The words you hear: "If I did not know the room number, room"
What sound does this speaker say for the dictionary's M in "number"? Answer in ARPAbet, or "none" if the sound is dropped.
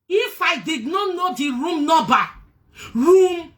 none